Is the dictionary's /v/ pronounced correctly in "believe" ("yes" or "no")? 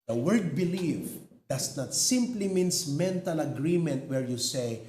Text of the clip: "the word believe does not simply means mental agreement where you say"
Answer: no